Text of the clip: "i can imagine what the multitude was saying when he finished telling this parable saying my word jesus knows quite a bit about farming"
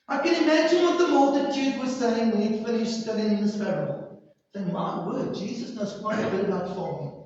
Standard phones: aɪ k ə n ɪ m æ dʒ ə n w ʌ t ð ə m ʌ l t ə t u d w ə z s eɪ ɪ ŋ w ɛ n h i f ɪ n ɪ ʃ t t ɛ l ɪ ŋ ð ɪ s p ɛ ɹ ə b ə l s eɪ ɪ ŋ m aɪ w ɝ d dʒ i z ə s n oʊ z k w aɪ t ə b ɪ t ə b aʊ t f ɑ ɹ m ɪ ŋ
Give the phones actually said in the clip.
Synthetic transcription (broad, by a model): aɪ k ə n ɪ m æ dʒ ə n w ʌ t ð ə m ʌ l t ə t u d w ə z s eɪ ɪ ŋ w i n f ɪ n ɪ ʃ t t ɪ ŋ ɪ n ð ɪ s f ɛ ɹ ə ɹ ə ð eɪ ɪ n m aɪ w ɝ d dʒ i z ə s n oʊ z k w aɪ t ə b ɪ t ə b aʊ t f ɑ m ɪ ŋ